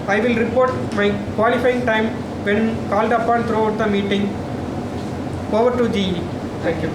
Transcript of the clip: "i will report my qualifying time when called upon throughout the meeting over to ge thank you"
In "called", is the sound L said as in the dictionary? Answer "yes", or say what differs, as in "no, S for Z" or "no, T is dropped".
yes